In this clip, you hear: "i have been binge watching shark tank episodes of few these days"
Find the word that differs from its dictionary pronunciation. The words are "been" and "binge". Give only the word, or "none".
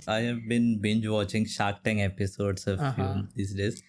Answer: none